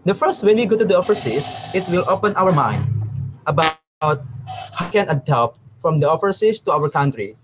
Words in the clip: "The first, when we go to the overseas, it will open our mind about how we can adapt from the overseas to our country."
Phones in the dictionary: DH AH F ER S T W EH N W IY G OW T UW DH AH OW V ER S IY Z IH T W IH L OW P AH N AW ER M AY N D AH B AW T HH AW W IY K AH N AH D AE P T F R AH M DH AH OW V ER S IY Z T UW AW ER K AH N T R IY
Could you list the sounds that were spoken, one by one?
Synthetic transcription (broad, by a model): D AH F ER S T W EH N W IY G OW T UW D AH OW F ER S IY S IH T W IH L OW P AH N AW ER M AY N D AH B AW T HH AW K AH N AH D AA P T F R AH M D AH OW F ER S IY S T UW AW ER K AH N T R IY